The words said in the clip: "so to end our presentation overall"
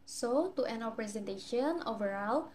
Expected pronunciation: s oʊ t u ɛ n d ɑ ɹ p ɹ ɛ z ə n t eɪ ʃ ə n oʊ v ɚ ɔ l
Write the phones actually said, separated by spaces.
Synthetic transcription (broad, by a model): s oʊ t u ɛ n ɑ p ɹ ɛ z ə n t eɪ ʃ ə n oʊ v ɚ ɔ l